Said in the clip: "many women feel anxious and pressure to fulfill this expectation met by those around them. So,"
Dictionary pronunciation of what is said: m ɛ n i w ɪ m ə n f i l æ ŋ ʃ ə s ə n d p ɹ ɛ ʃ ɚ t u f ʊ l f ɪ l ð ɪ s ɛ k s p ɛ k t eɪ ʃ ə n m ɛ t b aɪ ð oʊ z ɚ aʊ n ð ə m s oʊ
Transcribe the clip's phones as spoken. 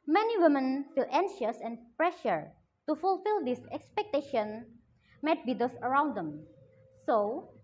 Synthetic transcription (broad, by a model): m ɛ n i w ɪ m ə n f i l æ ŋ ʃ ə s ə n p ɹ ɛ ʃ ɚ t u f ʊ l f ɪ l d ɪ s ɛ k s p ɛ k t eɪ ʃ ə n m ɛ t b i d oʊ s ɚ aʊ n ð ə m s oʊ